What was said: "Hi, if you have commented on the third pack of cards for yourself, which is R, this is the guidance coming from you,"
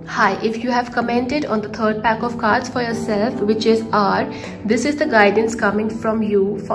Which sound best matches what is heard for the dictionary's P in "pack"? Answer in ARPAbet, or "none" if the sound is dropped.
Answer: P